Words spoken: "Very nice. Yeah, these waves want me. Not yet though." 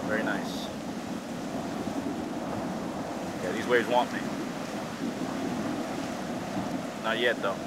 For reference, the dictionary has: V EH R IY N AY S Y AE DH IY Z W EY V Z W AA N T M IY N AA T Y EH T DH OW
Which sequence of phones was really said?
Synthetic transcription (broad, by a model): V EH R IY N AY S Y AE DH IY Z W EY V Z W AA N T M IY N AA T Y EH T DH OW